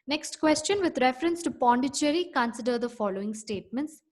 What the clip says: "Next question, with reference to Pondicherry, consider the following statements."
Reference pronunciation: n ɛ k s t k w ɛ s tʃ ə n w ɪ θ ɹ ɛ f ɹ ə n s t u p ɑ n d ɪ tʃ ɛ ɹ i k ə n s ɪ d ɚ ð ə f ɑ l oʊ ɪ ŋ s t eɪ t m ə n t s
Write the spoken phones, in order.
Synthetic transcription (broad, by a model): n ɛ k s t k w ɛ s tʃ ə n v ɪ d ɹ ɛ f ɹ ə n s t u p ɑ n d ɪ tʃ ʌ ɹ i k ə n s ɪ d ɚ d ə f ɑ l oʊ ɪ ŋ s t eɪ t m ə n t s